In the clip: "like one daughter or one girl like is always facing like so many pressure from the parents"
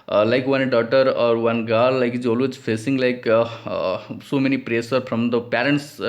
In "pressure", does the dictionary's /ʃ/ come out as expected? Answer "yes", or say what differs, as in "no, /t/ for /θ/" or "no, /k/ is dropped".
no, /s/ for /ʃ/